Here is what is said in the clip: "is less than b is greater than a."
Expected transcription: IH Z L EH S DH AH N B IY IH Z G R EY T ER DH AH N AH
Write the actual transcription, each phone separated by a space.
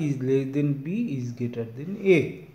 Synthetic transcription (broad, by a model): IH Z L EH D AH N B IY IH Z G EY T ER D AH N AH